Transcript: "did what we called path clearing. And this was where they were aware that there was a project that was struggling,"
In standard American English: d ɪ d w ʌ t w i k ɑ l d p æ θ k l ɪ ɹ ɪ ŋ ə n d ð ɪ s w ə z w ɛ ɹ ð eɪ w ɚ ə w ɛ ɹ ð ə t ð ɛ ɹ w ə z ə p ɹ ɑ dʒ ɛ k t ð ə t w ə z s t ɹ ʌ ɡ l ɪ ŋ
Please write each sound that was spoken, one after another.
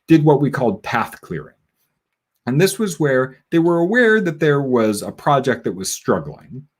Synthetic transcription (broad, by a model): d ɪ d w ʌ t w i k ɑ l d p æ θ k l ɪ ɹ ɪ ŋ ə n ð ɪ s w ə z w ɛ ɹ ð eɪ w ɚ ə w ɛ ɹ ð ə t ð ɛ ɹ w ə z ə p ɹ ɑ dʒ ɛ k t ð ə t w ə z s t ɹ ʌ ɡ l ɪ ŋ